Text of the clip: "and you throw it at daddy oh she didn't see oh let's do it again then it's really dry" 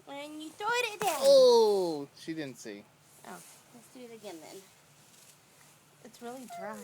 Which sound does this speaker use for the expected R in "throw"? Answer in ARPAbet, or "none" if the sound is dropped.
none